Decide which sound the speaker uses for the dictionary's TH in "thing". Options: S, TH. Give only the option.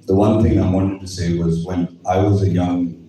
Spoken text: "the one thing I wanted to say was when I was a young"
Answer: TH